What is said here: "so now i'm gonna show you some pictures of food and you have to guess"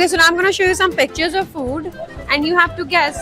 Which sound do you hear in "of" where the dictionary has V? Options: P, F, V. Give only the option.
V